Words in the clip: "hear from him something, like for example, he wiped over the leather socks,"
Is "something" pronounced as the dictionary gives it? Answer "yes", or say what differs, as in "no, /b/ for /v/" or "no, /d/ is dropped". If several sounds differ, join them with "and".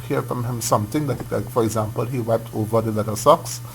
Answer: no, /t/ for /θ/